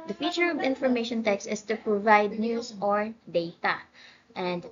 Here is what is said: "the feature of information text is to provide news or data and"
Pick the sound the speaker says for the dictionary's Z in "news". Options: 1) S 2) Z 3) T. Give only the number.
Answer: 1